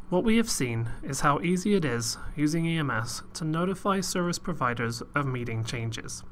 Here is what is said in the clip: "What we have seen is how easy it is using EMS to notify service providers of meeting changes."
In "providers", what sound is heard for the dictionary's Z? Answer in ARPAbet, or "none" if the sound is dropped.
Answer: Z